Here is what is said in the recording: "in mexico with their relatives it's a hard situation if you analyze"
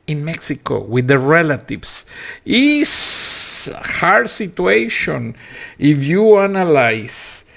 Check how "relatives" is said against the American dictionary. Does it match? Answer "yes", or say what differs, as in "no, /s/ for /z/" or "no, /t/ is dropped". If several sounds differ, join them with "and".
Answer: no, /s/ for /z/